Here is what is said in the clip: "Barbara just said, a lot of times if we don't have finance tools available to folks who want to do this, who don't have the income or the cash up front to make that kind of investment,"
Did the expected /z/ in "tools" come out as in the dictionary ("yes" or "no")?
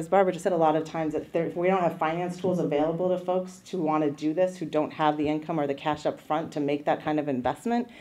yes